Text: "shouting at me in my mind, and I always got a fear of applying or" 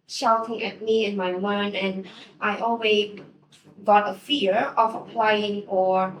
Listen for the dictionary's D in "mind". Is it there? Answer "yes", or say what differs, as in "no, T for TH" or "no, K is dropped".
no, D is dropped